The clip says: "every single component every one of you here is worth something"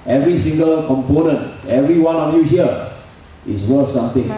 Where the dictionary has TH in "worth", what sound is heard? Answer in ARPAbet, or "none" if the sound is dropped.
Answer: F